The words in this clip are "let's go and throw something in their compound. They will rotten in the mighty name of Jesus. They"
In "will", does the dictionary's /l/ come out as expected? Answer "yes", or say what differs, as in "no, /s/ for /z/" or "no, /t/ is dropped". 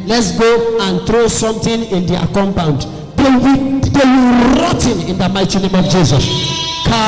no, /w/ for /l/